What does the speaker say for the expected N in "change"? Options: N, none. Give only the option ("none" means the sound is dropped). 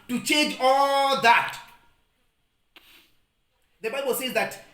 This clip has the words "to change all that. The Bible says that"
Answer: none